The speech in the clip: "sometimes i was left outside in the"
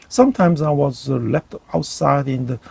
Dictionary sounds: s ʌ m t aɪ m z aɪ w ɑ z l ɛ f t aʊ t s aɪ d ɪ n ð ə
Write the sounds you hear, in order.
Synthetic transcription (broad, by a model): s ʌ m t aɪ m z aɪ w ɑ z l ɛ f t aʊ t s aɪ d ɪ n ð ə